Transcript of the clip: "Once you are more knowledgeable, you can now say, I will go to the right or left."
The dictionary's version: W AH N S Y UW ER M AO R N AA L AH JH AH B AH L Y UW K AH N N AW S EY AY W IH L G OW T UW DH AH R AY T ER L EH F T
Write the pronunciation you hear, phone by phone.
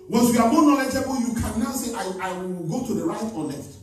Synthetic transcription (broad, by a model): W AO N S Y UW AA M AO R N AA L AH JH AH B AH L Y UW K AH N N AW S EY AY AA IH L G OW T UW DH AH R AY T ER L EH F T